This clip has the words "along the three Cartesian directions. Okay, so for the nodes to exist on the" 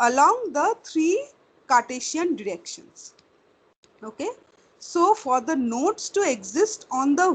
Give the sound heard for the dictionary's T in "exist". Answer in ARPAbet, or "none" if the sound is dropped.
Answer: T